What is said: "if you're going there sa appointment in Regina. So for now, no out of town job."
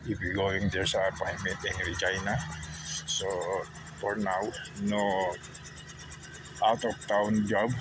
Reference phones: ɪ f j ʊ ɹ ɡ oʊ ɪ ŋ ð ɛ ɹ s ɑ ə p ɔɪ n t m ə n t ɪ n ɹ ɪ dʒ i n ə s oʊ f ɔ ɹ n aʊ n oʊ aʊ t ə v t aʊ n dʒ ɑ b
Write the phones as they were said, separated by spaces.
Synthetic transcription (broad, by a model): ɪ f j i ɡ oʊ ɪ ŋ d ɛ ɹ s ɑ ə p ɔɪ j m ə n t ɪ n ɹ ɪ tʃ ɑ n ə s oʊ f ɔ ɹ n aʊ n oʊ aʊ t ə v t aʊ n dʒ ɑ b